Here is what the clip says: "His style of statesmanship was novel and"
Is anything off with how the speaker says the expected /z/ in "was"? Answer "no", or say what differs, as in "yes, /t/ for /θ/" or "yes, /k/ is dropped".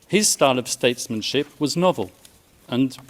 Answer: no